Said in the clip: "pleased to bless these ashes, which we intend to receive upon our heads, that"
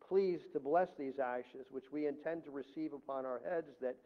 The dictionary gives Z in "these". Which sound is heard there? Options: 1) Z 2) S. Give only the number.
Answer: 1